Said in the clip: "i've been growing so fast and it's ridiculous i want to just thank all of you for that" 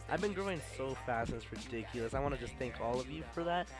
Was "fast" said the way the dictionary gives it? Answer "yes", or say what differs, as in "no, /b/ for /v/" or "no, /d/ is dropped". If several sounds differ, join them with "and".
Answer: no, /t/ is dropped